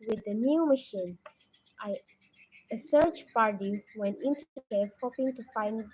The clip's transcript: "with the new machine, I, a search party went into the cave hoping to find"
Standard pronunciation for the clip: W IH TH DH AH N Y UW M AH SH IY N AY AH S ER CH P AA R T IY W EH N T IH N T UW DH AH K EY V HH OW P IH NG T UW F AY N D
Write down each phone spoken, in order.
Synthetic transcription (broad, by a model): W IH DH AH N Y UW M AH SH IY N AY AH S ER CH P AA R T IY W EH N T IH N T UW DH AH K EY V HH OW P IH NG T UW F AY N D